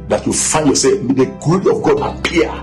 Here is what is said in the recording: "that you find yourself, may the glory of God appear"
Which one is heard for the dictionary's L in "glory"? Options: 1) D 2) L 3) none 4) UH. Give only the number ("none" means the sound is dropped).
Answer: 3